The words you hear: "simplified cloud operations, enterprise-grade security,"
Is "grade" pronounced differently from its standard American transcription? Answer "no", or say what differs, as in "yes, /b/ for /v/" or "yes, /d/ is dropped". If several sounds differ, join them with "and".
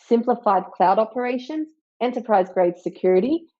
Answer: no